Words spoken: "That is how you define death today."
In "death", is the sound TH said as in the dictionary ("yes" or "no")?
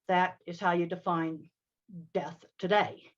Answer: yes